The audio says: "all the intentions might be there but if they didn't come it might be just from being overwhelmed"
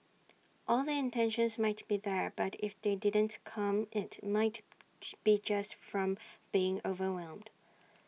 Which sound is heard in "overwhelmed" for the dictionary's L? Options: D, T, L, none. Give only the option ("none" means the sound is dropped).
L